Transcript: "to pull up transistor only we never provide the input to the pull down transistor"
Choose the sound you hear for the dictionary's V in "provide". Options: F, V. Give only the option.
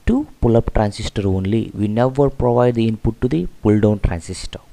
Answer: V